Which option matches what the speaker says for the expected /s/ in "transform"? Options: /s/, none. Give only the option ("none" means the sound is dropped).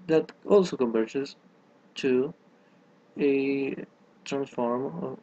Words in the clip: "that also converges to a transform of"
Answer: /s/